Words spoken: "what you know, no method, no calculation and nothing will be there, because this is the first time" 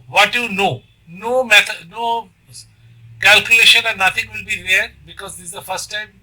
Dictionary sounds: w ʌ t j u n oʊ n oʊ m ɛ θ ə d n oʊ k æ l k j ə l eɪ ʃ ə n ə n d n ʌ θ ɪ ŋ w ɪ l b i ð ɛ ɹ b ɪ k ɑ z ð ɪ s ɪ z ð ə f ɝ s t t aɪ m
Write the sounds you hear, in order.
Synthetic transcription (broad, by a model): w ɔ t j u n oʊ n oʊ m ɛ t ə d n oʊ k æ l k j ə l eɪ ʃ ə n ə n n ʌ t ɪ ŋ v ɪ l b i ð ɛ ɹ b ɪ k ɑ z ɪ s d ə f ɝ s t t aɪ m